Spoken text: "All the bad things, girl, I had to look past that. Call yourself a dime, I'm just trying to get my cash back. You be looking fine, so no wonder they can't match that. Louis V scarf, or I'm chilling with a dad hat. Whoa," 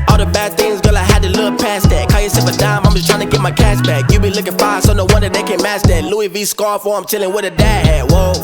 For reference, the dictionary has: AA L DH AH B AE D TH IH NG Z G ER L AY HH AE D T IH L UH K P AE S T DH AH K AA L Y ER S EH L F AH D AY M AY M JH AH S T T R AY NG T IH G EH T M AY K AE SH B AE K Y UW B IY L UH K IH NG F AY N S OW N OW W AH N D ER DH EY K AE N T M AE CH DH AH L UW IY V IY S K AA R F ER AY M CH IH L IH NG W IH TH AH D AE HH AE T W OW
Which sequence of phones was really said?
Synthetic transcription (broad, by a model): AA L DH AH B AE D TH IH NG Z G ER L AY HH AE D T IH L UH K P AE S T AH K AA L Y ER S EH F AH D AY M AY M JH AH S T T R AY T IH G EH T M AY K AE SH B AE K Y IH B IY L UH K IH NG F AY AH S OW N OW W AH N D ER DH EY K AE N M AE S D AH L UW IY V IY S K AA R F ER AY M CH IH L IH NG W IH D AH D AE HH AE W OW